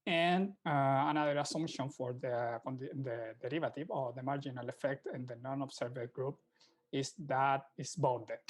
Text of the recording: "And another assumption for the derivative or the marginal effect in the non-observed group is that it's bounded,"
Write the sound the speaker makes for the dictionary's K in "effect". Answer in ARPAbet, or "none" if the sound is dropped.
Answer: K